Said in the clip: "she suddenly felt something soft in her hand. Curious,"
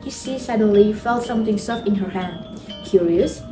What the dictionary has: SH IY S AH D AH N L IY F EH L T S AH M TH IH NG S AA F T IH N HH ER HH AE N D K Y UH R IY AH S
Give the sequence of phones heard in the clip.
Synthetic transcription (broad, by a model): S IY S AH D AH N L IY F EH L T S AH M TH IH NG S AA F IH N HH ER HH AE N D K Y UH R IY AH S